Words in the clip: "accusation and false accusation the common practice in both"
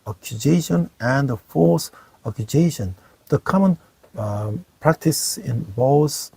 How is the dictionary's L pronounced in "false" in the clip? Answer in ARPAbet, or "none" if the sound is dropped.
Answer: none